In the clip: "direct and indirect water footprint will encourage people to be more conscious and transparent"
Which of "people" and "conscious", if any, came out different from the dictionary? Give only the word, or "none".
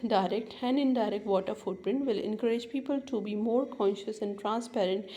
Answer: none